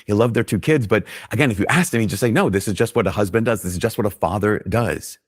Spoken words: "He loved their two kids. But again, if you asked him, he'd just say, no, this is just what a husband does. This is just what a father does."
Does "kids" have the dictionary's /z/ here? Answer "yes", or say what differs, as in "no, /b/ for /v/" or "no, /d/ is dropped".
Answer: yes